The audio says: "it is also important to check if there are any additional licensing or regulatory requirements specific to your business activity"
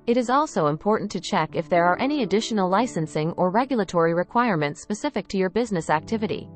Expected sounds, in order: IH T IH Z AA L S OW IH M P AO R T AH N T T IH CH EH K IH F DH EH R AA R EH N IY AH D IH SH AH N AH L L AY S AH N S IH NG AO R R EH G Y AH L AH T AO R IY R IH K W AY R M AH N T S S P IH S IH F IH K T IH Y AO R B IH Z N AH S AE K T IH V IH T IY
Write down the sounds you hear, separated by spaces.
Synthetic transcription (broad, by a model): IH T IH Z AA L S OW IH M P AO R T N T T IH CH EH K IH F DH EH R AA R EH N IY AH D IH SH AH N L L AY S AH N S IH NG AO R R EH G Y L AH T AO R IY R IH K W AY R M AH N T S S P IH S IH F IH K T IH Y AO R B IH Z N AH S AE K T IH V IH T IY